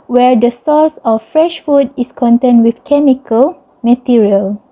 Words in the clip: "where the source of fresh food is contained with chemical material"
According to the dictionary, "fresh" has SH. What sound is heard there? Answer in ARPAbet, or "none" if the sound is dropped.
SH